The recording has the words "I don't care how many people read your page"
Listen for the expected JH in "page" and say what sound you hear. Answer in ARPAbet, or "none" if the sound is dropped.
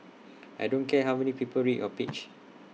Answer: CH